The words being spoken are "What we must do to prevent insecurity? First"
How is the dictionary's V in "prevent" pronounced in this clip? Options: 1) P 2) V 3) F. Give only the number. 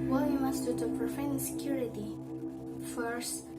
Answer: 3